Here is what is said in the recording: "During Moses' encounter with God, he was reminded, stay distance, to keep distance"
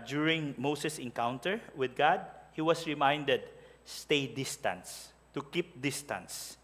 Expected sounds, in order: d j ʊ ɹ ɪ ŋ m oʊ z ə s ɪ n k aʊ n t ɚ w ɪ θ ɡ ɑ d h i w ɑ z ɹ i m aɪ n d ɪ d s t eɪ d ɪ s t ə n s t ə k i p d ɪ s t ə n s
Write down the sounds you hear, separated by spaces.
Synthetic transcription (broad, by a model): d j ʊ ɹ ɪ ŋ m oʊ s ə s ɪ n k aʊ n t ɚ w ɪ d ɡ ɑ d h i w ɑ s ɹ i m aɪ n d ɪ d s t eɪ d ɪ s t ə n s t ə k i p d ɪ s t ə n s